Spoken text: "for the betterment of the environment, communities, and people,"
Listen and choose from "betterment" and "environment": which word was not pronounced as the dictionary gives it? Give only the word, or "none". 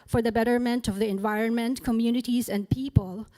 none